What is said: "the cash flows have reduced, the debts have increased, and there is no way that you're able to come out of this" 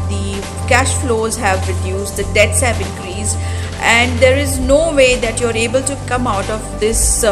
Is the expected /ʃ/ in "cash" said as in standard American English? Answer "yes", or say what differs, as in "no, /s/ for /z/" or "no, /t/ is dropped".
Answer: yes